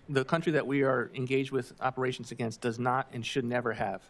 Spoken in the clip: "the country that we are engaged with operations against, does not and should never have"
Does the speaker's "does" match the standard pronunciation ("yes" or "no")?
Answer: yes